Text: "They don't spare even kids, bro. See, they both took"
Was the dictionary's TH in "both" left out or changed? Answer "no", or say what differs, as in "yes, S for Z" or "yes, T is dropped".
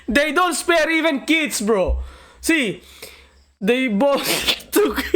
yes, S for TH